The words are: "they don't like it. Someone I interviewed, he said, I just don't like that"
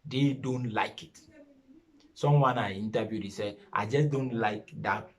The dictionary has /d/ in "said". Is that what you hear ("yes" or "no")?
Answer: no